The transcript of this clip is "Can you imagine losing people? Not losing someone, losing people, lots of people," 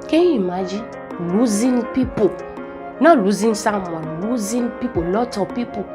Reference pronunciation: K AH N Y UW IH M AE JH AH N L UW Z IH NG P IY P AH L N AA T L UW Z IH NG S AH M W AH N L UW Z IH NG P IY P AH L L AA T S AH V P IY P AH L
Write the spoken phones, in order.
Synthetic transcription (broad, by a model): K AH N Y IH M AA JH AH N L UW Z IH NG P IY P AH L N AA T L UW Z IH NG S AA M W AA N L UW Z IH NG P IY P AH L L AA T AH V P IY P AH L